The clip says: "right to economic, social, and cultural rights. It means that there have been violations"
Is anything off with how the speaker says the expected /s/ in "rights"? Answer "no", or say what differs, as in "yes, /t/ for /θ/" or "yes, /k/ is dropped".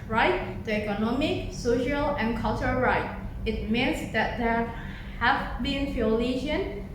yes, /s/ is dropped